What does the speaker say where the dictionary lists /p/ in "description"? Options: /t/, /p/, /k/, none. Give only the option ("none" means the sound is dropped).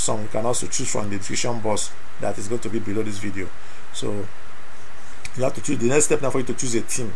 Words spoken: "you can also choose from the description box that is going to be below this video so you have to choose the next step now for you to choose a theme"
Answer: none